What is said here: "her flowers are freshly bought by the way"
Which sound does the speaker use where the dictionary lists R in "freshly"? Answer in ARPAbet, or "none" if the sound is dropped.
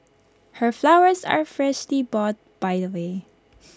R